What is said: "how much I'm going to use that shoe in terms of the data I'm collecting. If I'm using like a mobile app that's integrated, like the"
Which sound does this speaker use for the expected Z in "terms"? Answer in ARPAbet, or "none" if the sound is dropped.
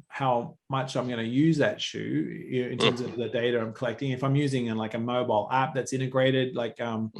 Z